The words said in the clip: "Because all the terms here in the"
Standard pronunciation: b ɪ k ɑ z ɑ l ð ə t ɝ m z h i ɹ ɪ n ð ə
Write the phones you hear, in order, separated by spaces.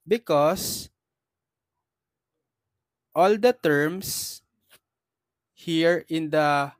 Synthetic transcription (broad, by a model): b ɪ k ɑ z ɑ l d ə t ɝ m s h i ɹ ɪ n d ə